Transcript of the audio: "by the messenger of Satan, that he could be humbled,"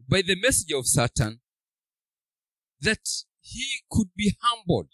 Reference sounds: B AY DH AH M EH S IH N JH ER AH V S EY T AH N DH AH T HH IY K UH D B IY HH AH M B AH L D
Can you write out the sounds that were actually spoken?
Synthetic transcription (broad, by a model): B AY DH AH M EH S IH JH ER AH V S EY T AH N DH AH T HH IY K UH D B IY HH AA M B L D